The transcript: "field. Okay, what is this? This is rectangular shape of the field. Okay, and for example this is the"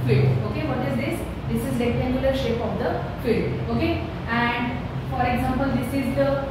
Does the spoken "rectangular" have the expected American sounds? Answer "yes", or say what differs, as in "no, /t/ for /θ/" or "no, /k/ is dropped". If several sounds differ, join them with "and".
no, /l/ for /ɹ/